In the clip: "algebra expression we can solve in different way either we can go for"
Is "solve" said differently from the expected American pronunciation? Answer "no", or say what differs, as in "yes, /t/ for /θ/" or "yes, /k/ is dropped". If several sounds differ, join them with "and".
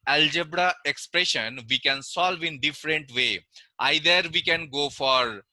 no